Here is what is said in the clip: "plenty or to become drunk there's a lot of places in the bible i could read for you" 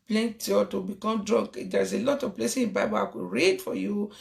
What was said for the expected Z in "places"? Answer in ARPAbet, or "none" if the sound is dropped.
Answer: none